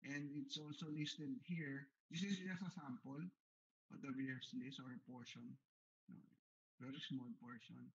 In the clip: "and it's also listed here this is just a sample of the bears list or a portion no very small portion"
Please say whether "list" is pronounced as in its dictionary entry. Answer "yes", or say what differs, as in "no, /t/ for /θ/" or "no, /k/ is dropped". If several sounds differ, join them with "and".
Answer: no, /t/ is dropped